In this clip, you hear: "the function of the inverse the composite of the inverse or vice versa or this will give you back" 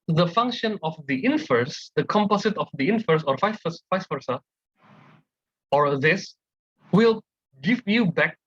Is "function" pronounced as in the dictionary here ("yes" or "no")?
yes